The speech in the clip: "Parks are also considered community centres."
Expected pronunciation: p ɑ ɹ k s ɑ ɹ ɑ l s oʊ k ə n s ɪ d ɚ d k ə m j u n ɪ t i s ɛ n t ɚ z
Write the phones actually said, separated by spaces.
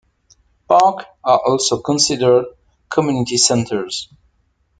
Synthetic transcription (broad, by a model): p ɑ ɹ k ɑ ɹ ɑ l s oʊ k ə n s ɪ d ɚ d k ə m j u n ɪ t i s ɛ n t ɚ z